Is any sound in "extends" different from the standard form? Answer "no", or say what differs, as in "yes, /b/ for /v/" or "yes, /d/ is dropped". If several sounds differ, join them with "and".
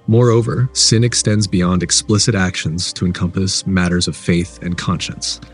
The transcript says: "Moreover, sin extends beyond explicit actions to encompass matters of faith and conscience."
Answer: no